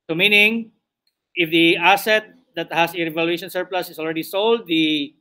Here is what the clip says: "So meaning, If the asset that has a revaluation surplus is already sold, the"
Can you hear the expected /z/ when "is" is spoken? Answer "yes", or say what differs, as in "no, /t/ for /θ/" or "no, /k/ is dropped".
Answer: no, /s/ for /z/